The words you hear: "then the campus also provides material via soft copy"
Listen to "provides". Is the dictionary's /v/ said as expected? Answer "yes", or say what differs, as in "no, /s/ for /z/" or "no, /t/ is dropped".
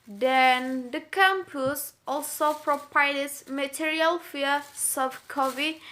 no, /p/ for /v/